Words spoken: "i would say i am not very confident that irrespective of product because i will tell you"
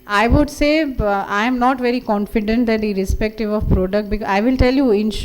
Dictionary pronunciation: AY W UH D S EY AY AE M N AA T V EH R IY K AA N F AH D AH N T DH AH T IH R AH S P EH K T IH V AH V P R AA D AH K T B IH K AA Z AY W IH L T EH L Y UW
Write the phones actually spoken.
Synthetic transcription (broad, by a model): AY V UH D S EY AY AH M N AA T V EH R IY K AA N F AH D AH N T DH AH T IH R AH S P EH K T IH V AH V P R AA D AH K T B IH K AA IH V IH L T EH L Y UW